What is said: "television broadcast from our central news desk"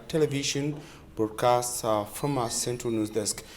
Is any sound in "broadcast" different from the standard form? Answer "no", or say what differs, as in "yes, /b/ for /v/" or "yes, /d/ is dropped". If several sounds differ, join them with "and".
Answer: yes, /ɹ/ is dropped